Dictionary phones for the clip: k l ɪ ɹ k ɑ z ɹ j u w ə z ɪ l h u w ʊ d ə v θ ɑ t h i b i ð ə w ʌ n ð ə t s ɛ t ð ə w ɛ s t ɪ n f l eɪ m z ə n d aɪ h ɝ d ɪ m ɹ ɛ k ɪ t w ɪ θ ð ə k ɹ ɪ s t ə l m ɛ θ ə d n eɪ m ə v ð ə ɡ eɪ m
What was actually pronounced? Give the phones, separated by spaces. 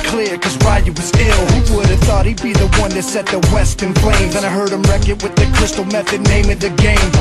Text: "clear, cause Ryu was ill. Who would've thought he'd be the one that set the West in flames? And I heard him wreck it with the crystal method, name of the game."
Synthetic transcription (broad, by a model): k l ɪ ɹ k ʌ z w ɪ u w ə z ɪ l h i w ʊ d ə v θ ɑ t h i b i ð ə w ʌ n ð ə t s ɛ t ð ə w ɛ s t ɪ n p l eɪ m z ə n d aɪ h ɝ d ɪ m ɹ ɛ k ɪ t w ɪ ð ə k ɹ ɪ s t l m ɛ θ ə d n eɪ m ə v ð ə ɡ eɪ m